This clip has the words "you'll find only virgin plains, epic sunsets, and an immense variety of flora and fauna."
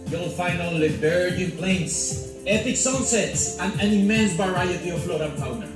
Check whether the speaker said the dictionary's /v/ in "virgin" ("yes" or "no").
no